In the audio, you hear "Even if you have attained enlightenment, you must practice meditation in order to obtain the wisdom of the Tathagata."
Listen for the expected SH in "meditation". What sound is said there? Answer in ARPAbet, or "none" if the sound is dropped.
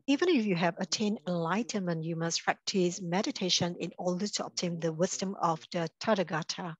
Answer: SH